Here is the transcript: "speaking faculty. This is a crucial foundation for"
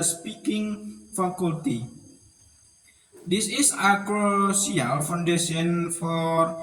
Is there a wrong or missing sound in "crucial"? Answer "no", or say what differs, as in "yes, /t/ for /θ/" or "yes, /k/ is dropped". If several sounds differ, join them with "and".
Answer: yes, /s/ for /ʃ/